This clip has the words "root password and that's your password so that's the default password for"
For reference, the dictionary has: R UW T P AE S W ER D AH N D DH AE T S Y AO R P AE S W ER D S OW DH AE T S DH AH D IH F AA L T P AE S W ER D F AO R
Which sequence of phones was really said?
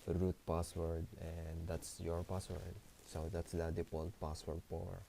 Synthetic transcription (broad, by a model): R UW T P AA S W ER D AH N D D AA T S Y AO R P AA S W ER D S OW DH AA T S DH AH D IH P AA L P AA S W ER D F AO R